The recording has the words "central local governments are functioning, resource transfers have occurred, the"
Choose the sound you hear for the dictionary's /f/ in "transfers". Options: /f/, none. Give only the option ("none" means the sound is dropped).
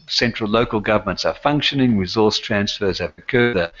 /f/